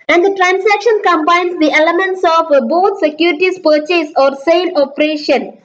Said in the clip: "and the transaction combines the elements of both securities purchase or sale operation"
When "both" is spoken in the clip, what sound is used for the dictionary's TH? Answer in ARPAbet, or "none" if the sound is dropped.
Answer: T